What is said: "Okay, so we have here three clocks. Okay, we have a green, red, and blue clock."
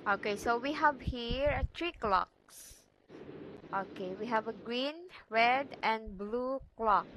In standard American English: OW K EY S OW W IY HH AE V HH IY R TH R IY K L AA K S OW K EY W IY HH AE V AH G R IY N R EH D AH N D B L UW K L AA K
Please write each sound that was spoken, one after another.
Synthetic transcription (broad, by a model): OW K EY S OW W IY HH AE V HH IY R T R IY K L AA K S OW K EY W IY HH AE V AH G R IY N R EH D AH N B L UW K L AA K